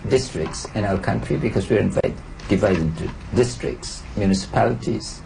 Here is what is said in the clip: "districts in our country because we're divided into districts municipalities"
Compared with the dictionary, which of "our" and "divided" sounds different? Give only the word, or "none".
divided